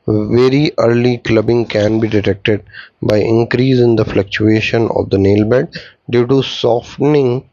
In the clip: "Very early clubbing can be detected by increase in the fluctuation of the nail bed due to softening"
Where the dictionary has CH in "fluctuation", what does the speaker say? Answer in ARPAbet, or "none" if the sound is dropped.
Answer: CH